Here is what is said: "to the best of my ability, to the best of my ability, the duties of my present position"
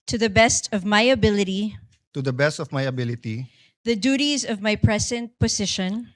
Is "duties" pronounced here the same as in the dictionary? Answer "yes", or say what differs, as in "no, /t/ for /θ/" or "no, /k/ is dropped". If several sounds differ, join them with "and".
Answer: yes